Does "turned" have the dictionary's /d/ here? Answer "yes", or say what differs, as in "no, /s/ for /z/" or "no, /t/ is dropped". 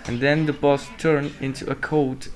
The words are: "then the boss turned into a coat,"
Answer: no, /d/ is dropped